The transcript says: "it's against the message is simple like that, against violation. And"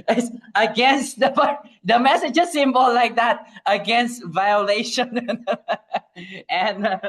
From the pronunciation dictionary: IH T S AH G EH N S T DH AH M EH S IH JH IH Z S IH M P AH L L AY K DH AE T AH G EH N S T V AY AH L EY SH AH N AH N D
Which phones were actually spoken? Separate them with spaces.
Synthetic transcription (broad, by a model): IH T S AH G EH N S T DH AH M EH S IH JH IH S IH M B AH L L AY K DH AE T AH G EH N S T V AY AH L EY SH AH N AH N